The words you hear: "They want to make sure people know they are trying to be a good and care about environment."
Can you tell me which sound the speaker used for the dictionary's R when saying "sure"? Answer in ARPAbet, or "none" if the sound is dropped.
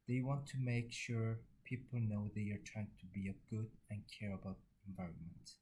R